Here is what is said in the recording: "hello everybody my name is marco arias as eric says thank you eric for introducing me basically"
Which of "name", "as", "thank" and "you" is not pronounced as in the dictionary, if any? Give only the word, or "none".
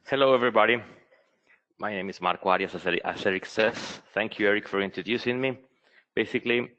as